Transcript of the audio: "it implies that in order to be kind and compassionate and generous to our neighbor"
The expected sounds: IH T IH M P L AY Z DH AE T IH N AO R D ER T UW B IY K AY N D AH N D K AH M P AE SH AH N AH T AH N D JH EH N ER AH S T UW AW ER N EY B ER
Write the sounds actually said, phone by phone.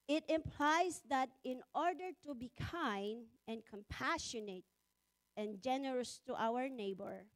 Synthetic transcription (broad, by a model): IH T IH M P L AY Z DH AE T IH N AO R D ER T UW B IY K AY N D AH N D K AH M P AE SH AH N AH T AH N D JH EH N ER AH S T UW AW ER N EY B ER